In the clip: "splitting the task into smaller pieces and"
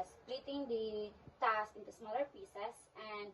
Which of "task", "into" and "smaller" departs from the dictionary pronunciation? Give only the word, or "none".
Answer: task